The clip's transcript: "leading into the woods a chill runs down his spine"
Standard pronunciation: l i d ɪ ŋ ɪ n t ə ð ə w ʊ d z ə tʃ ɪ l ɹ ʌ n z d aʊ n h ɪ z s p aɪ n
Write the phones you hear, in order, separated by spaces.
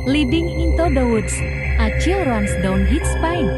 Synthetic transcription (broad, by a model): l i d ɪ ŋ ɪ n t ə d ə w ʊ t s ə tʃ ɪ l ɹ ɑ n s d aʊ n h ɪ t s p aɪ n